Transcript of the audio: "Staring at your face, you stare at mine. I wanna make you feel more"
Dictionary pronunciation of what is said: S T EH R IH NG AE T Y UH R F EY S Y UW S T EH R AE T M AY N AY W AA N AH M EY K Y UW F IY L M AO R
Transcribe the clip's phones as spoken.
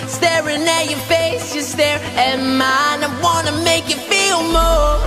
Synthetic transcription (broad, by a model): S T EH R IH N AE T Y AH R F EY S Y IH S T EH R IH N M AY N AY W AA N AH M EY K Y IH F IY L M AO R